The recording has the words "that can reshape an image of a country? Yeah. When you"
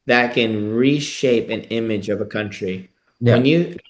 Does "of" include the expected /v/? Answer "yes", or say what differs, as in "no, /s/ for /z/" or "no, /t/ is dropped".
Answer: yes